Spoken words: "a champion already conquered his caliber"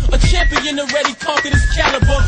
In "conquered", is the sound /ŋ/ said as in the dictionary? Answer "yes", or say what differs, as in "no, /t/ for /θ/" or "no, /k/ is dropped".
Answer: no, /ŋ/ is dropped